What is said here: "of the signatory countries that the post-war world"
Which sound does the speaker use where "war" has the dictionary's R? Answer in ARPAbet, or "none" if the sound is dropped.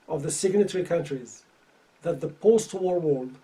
R